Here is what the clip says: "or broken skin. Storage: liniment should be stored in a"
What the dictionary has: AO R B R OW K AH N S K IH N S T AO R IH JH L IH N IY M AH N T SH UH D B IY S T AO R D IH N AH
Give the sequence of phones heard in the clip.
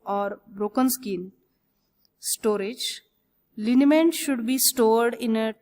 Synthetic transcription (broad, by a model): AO R B R OW K AH N S K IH N S T AO R IH JH L IH N IY M AH N T SH UH D B IY S T AO R D IH N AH